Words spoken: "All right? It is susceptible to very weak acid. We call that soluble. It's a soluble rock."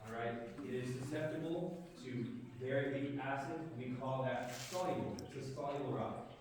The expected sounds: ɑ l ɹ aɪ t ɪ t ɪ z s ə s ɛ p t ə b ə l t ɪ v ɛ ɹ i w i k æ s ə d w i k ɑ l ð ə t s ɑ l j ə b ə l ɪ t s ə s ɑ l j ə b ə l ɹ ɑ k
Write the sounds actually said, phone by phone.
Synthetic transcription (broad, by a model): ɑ ɹ aɪ t ɪ t ɪ z s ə s ɛ p t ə b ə l t ɪ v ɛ ɹ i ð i æ s ə d w i k ɑ l ð ə t s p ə ə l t ə s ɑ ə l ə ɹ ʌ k